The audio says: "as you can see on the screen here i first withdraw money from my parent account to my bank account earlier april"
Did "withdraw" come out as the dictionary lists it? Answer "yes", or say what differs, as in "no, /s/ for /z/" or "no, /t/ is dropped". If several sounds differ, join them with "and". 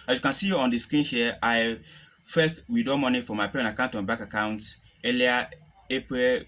no, /ɹ/ is dropped